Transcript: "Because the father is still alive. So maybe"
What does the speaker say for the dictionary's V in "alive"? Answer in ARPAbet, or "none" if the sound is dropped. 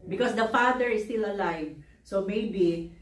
V